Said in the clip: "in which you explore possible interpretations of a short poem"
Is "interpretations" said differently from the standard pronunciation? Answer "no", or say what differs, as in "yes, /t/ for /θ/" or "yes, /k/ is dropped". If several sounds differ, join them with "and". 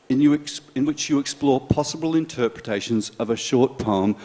no